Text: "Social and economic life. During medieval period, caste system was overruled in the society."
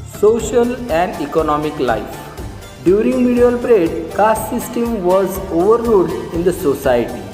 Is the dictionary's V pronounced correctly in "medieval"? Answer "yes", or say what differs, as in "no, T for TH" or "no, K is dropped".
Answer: no, V is dropped